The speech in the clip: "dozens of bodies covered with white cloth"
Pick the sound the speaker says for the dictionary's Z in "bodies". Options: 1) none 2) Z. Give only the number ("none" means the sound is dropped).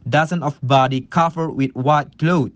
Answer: 1